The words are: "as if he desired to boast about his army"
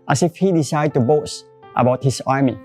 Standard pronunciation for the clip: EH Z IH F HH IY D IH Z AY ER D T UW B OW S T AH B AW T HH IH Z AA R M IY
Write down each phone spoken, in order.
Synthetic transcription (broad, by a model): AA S IH F HH IY D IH S AY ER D T UW B OW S T AH B AW T HH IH S AA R M IY